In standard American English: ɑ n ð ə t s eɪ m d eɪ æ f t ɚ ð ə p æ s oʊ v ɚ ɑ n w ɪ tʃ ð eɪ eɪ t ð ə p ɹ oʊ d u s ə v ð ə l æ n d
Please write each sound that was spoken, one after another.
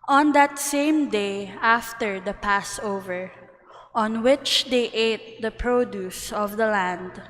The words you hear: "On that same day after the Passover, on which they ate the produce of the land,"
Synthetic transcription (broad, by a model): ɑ n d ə t s eɪ m d eɪ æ f t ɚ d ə p æ s oʊ v ɚ ɑ n w ɪ tʃ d eɪ eɪ t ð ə p ɹ oʊ d u s ə v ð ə l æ n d